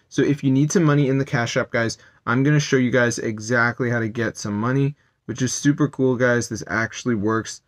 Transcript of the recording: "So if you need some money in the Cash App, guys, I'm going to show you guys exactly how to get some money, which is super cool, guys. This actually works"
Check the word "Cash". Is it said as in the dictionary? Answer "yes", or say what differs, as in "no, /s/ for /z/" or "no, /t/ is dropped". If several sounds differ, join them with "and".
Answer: yes